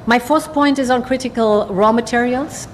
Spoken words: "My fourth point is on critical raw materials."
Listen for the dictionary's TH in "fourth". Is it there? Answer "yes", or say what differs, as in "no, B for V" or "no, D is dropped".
no, S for TH